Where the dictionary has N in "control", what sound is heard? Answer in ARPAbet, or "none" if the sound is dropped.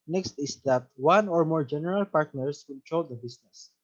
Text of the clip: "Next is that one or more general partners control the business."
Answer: L